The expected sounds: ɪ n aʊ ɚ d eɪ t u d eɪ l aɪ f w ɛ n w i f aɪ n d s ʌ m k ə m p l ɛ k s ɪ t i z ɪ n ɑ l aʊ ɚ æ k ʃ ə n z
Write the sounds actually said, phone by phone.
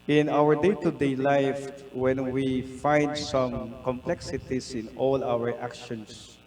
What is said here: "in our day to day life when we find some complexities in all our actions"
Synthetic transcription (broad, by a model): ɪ n aʊ ɚ d eɪ t u d eɪ l aɪ f w ɛ n w i f aɪ n d s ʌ m k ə m p l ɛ k s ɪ t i s ɪ n ɑ l aʊ ɚ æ k ʃ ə n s